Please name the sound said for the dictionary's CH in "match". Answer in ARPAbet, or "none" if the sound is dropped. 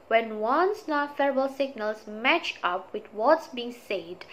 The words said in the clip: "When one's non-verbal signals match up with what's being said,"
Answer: CH